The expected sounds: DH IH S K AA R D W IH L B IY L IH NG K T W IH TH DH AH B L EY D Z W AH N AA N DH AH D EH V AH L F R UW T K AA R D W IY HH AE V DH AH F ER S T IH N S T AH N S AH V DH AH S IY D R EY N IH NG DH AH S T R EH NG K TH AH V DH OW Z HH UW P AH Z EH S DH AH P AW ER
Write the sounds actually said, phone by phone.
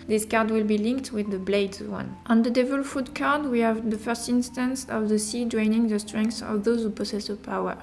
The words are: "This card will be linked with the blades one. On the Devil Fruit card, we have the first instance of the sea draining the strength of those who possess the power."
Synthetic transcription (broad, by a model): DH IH S K AA R D W IH L B IY L IH NG K T W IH DH AH B L EY D Z W AH N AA N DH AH D EH V AH L F UW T K AA R D W IY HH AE V DH AH F ER S T IH N S T AH N S AH V DH AH S IY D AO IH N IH NG DH AH S T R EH NG K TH AH V DH OW Z HH UW P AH S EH S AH P AW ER